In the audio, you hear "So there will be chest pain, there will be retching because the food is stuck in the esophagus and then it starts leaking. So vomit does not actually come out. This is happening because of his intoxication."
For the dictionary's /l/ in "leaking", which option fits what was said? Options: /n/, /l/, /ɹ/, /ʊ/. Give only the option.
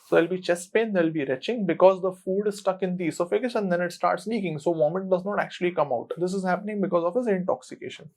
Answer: /n/